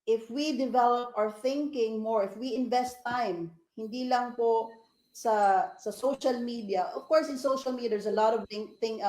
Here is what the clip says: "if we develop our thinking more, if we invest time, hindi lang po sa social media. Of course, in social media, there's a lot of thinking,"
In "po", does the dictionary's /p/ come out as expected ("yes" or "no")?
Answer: yes